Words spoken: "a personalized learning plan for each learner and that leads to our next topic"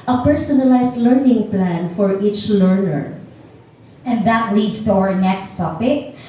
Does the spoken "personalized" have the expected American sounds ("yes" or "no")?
no